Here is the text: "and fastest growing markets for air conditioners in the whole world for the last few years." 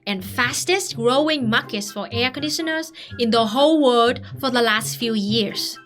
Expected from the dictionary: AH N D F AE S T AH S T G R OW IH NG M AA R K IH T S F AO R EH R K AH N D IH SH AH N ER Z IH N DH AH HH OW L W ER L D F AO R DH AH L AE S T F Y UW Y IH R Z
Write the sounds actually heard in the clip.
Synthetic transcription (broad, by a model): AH N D F AE S T AH S T G R OW IH NG M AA K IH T S F AO R EH R K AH N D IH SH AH N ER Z IH N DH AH HH OW L W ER D F AO R DH AH L AE S T F Y UW Y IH R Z